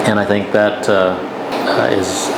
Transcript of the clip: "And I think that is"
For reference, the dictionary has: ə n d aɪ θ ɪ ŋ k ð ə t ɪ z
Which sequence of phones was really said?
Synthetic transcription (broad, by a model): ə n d aɪ θ ɪ ŋ k ð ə t ɪ z